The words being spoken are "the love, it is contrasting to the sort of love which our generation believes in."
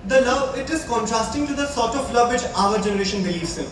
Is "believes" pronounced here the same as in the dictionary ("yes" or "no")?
no